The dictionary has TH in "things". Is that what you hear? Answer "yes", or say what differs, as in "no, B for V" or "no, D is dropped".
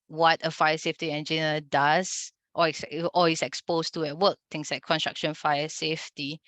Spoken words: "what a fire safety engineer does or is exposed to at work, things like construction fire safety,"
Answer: no, T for TH